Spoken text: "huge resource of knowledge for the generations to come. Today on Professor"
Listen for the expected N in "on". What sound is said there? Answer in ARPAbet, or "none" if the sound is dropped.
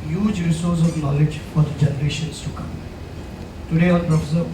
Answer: L